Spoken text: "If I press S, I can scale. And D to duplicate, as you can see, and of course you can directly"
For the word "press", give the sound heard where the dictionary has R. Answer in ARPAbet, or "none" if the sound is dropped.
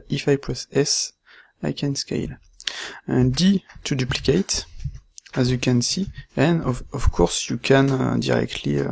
L